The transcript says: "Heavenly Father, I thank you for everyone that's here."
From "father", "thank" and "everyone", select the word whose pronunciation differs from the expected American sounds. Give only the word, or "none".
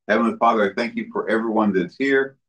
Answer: none